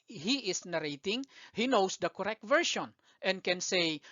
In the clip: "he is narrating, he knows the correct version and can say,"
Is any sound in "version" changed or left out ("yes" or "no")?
yes